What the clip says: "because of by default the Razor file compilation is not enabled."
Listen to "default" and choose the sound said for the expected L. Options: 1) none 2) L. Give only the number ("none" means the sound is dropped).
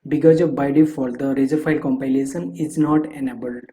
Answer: 1